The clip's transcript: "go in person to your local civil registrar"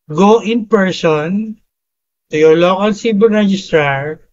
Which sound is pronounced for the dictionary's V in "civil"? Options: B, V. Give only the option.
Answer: B